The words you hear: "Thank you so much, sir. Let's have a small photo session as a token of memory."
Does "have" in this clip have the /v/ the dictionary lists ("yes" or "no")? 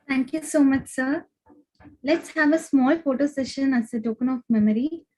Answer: yes